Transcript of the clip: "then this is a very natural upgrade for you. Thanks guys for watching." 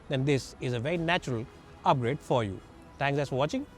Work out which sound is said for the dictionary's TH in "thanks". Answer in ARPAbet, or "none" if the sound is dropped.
T